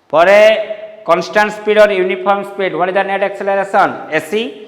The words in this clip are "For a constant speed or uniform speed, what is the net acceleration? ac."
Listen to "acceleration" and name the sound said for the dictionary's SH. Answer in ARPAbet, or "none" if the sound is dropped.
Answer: S